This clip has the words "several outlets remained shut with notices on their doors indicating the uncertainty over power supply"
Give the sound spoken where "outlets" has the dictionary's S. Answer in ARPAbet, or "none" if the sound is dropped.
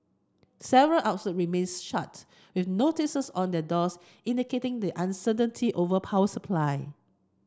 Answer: none